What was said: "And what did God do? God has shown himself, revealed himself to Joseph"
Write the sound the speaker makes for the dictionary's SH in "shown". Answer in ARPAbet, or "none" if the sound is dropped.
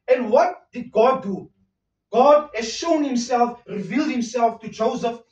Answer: SH